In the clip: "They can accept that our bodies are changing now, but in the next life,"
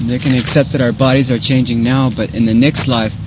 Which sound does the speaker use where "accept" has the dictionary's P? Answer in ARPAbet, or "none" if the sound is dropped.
P